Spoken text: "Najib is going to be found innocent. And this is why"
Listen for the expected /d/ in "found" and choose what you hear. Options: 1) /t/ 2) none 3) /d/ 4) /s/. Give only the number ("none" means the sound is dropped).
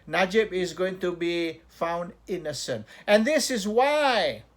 3